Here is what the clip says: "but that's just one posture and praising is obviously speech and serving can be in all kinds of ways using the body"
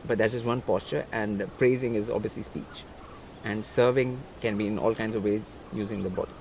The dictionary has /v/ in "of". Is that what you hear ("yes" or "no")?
yes